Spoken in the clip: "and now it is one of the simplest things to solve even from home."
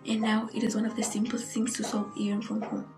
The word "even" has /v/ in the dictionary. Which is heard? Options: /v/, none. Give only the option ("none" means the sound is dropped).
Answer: none